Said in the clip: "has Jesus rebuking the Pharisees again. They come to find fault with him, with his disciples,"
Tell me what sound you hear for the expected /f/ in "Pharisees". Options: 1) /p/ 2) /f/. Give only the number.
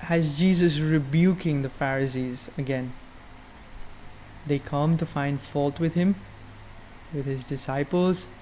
2